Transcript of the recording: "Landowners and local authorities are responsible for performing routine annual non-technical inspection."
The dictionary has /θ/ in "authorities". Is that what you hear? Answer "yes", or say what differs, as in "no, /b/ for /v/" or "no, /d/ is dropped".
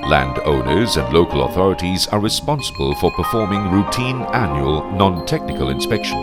yes